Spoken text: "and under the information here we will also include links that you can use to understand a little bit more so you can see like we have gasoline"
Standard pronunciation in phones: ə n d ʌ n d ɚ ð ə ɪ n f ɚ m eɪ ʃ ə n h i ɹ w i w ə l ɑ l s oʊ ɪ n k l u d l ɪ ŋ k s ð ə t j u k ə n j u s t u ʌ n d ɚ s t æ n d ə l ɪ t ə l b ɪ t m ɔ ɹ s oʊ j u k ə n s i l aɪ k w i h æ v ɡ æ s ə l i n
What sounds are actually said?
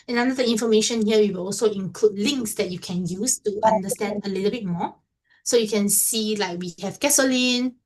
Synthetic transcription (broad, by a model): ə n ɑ n d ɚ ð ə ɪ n f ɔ m eɪ ʃ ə n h i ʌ w i w ə l ɑ l s oʊ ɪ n k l u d l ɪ ŋ k s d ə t j u k ə n j u s t u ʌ n d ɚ s t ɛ n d ə l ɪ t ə b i t m ɔ s oʊ j u k ə n s i l aɪ k w i h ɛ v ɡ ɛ s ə l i n